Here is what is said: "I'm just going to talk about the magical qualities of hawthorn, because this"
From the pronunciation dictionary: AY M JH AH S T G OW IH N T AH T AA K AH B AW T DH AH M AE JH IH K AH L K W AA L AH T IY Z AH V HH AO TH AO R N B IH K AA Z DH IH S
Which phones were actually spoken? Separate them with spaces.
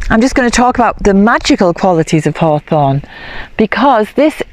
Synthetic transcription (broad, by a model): AY M JH AH S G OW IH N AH T AA K AH B AW T DH AH M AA JH IH K AH L K W AA L AH T IY Z AH V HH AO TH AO N B IH K AA Z DH IH S